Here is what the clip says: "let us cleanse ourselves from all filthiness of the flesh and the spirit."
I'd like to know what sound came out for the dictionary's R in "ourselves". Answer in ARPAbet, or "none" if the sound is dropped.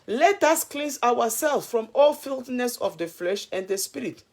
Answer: W